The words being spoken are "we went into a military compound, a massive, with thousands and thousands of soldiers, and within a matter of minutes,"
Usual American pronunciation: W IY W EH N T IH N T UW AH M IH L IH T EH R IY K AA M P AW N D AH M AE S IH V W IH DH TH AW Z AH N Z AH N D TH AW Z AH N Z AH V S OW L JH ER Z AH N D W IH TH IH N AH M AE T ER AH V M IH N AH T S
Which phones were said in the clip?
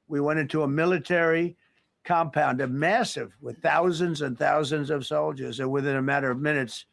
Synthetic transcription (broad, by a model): W IY W EH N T IH N T UW AH M IH L IH T EH R IY K AA M P AW N D AH M AE S IH V W IH DH TH AW Z AH N Z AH N TH AW Z AH N Z AH V S OW L JH ER Z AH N W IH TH IH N AH M AE T ER AH V M IH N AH T S